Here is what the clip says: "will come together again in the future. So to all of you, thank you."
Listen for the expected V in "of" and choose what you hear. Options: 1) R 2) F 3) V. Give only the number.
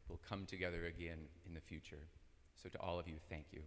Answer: 3